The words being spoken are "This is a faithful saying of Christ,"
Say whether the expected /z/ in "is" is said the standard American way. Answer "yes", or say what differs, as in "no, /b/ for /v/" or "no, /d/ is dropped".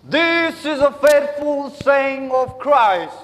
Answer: yes